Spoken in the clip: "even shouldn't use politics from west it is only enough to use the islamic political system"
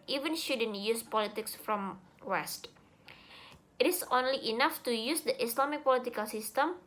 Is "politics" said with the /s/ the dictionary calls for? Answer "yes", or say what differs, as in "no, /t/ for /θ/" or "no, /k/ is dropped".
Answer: yes